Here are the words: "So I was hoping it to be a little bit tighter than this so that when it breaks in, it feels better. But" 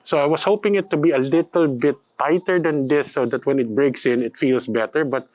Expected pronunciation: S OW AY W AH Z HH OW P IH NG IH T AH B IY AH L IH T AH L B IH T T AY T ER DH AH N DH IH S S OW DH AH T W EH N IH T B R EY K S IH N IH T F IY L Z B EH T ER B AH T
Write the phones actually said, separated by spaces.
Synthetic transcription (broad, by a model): S OW AY W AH S HH OW P IH NG IH T AH B IY AH L IH T AH L B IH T T AY T ER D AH N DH IH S S OW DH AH T W EH N IH T B R EY K S IH N IH T F IY L S B EH T ER B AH T